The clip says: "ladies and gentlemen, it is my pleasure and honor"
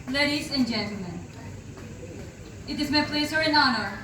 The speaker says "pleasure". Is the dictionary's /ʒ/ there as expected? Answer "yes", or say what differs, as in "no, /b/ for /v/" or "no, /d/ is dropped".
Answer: no, /s/ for /ʒ/